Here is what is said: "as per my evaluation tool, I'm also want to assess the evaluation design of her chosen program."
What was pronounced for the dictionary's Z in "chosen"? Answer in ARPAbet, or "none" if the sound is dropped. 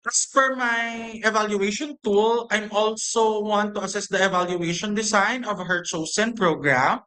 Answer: S